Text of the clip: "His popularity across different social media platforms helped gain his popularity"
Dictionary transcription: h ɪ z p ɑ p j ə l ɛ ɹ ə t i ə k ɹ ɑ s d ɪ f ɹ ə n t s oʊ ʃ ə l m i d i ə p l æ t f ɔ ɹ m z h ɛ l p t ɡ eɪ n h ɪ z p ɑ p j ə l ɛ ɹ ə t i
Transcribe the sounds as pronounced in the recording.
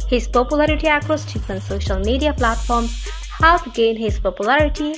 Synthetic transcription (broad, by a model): h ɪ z p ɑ p j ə l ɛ ɹ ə t i ə k ɹ ɑ s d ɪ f ə n s oʊ ʃ ə l m i d i ə p l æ t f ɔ ɹ m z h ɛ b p ɡ eɪ n h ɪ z p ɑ p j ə l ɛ ɹ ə t i